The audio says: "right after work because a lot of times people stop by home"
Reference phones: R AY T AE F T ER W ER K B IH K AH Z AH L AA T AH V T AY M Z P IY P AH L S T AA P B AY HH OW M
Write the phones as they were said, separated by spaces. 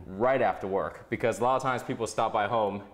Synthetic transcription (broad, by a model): R AY T AE F T ER W ER K B IH K AH Z AH L AA T AH V T AY M Z P IY P L S T AA P B AY HH OW M